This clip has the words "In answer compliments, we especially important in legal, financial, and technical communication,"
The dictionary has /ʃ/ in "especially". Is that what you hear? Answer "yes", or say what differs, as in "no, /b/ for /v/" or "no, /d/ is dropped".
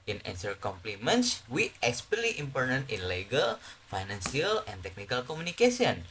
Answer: no, /ʃ/ is dropped